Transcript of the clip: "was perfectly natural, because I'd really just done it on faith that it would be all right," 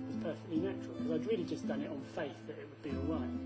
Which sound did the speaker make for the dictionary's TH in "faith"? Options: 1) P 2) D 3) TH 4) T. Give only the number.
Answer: 3